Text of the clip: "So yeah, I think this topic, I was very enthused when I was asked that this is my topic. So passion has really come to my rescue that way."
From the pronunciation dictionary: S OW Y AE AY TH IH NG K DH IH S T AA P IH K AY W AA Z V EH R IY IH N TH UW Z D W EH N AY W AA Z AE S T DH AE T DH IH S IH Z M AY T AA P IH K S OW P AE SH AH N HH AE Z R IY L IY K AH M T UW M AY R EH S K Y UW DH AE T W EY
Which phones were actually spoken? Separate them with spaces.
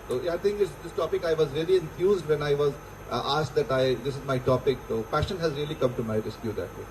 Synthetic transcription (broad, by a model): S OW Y AY T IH NG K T IH S T AA P IH K AY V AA Z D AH L IY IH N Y UW Z D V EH N AY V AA Z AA S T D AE T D IH S IH Z M AY T AA P IH K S OW P AE SH AH N HH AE Z R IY L IY K AH M T UW M AY R EH S K Y UW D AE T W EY